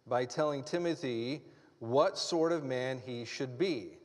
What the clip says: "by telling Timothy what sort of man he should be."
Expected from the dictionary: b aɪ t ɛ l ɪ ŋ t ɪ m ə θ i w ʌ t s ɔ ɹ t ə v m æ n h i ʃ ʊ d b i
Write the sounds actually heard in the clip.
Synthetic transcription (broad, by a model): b aɪ t ɛ l ɪ ŋ t ɪ m ə θ i w ʌ t s ɔ ɹ t ə v m æ n i ʃ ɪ d b i